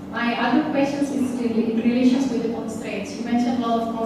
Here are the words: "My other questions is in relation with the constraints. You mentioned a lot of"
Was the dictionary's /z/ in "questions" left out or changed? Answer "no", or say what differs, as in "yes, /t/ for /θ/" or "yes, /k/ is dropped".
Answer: yes, /s/ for /z/